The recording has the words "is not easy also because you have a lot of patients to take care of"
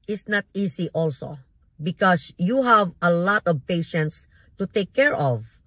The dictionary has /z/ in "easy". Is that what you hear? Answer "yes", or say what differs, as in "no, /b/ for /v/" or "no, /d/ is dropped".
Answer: no, /s/ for /z/